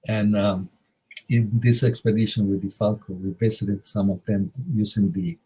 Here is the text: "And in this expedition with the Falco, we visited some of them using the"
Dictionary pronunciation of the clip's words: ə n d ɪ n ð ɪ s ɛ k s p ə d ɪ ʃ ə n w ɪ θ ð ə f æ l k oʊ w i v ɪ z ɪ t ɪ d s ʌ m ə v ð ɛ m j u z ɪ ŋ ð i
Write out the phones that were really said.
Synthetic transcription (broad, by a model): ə n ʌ ɪ n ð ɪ s ɛ k s p ə d ɪ ʃ ə n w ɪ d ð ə f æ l k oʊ w i b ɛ s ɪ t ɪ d s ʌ m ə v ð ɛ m j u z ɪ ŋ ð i